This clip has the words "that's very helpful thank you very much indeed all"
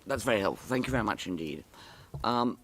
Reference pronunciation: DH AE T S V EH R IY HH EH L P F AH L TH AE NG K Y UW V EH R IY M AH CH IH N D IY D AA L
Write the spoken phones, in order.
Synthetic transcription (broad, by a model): DH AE T S V EH R IY HH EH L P F L TH AE NG K Y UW V EH R IY M AH CH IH N D IY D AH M